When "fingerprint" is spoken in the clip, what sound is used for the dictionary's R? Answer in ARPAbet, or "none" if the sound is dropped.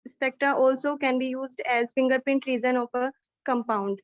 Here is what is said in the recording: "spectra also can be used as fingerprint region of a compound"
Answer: R